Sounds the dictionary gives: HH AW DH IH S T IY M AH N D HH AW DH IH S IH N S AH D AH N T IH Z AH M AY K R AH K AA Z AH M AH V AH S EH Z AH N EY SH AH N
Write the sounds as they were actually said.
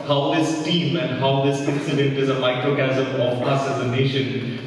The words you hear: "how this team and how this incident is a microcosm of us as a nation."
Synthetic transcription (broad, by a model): HH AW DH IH S T IY M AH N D HH AW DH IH S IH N S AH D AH N T IH Z AH M AY K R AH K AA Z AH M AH P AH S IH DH AH N EY SH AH N